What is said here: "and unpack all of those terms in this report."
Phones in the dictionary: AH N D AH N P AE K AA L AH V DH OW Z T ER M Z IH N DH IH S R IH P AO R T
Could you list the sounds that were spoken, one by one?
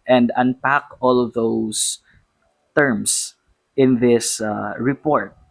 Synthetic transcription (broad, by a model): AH N D AH N P AE K AA L AH V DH OW S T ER M S IH N DH IH S R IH P AO R T